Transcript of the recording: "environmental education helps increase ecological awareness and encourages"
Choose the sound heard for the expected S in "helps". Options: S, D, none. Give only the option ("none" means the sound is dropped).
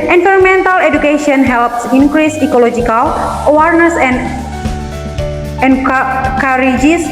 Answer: S